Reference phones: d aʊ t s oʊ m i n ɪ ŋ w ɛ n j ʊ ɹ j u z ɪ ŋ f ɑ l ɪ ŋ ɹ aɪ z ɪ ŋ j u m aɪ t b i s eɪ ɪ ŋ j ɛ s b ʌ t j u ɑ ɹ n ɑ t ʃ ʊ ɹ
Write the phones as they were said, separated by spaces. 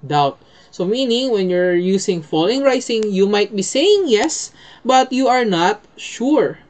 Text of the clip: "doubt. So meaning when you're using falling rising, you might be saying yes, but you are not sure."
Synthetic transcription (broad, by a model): d aʊ t s oʊ m i n ɪ ŋ w ɛ n j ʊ ɹ j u s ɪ ŋ f ɑ l ɪ ŋ ɹ aɪ s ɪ ŋ j u m aɪ t b i s eɪ ɪ ŋ j ɛ s b ʌ t j u ɑ ɹ n ɑ t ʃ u ɹ